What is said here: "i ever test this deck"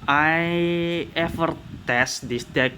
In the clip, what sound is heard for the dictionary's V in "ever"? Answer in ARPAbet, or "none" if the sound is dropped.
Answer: F